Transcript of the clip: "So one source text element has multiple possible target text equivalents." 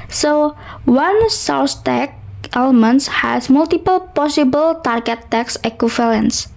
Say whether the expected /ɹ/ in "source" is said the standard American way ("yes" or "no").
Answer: no